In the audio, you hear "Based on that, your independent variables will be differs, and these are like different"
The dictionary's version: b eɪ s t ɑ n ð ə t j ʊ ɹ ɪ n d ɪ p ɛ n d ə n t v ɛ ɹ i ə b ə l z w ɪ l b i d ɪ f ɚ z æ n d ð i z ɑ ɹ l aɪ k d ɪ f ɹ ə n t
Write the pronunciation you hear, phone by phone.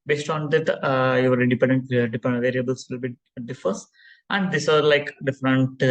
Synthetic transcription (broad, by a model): b eɪ s t ɑ n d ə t j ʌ ɹ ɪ d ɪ p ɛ n d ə n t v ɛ ɹ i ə b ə l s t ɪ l b i d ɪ f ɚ s æ n d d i s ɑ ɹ l aɪ k d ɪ f ɹ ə n t